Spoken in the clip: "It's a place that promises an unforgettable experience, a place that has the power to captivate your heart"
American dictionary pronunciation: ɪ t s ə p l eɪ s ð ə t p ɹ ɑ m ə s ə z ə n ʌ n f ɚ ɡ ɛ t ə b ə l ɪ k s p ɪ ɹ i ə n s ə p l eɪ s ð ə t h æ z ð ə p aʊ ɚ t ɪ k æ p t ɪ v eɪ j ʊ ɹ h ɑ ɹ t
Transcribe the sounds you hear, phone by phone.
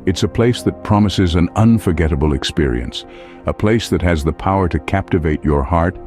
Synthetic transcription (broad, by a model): ɪ t s ə p l eɪ s ð ə t p ɹ ɑ m ə s ə z ə n ʌ n f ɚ ɡ ɛ t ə b l ɪ k s p ɪ ɹ i ə n s ə p l eɪ s ð ə t h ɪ z ð ə p aʊ ɚ t ɪ k æ p t ɪ v eɪ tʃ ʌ ɹ h ɑ ɹ t